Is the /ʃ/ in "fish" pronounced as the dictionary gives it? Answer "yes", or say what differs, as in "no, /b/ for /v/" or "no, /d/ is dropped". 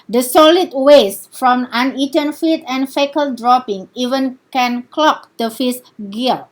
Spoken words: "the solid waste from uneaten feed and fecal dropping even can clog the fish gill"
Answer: no, /s/ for /ʃ/